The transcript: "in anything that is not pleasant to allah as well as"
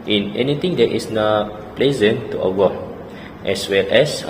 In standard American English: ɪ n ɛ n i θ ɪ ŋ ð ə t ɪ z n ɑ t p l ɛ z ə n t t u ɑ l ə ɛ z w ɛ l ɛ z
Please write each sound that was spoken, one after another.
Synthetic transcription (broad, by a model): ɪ n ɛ n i t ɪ ŋ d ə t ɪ s n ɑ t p l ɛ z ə n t t u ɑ w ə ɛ s w ɛ l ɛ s